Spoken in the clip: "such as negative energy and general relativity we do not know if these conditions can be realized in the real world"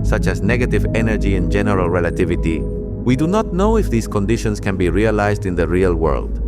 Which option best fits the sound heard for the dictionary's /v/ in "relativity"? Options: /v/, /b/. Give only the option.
/v/